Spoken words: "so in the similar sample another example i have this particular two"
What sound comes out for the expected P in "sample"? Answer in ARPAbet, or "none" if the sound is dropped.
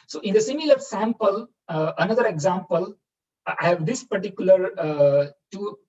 P